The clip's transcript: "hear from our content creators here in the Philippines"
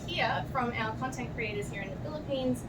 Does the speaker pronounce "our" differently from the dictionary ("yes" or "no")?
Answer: yes